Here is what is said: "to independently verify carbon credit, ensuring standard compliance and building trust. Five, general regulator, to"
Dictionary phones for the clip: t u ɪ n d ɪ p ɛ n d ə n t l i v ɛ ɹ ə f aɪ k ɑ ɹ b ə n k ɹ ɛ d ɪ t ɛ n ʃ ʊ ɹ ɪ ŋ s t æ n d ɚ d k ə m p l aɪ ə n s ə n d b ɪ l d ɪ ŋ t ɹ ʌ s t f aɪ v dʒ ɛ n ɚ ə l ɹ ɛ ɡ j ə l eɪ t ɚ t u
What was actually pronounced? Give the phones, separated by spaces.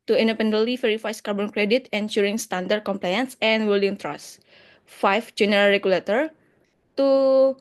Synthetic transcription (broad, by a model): t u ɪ n d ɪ p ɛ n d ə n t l i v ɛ ɹ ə f aɪ k ɑ ɹ b ə n k ɹ ɛ d ɪ t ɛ n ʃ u ɹ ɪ ŋ s t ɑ n d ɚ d k ə m p l aɪ ə n s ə n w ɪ l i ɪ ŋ t ɹ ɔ s f aɪ f dʒ ɛ n ɚ ə l ɹ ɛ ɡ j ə l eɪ t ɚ t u